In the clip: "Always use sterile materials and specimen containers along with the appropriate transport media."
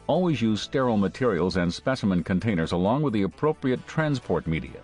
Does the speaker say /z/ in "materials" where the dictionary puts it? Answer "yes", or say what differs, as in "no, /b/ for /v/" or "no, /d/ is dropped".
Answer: yes